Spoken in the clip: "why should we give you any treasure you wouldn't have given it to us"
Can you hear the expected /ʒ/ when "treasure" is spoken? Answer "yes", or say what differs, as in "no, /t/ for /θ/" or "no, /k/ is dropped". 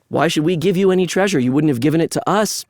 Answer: yes